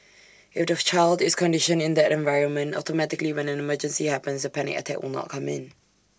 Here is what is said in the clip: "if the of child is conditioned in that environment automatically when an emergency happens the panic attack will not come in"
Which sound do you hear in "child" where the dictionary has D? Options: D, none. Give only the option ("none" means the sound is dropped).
D